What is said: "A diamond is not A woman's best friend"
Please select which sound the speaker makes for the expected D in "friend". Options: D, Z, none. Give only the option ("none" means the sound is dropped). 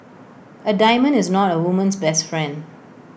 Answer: D